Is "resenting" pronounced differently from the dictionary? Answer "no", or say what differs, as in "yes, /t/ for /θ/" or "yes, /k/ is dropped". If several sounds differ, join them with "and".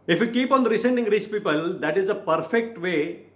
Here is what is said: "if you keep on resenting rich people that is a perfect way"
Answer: yes, /s/ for /z/